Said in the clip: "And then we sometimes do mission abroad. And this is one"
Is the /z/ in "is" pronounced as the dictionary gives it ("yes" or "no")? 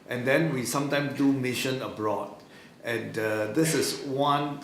no